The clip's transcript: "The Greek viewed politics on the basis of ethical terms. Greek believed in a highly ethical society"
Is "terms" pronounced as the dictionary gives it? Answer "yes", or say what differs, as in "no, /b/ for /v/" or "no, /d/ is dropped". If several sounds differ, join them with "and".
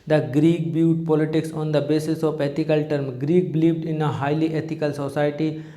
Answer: no, /z/ is dropped